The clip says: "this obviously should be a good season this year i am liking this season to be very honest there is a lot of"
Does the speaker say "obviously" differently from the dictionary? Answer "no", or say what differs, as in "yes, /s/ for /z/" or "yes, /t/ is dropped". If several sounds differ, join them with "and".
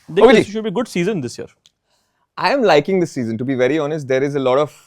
yes, /v/ is dropped